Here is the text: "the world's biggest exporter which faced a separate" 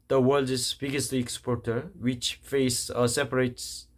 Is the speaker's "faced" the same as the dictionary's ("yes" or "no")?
no